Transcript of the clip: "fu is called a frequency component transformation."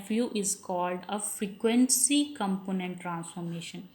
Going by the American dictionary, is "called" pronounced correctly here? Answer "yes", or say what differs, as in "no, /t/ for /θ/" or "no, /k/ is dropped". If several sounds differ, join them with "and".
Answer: yes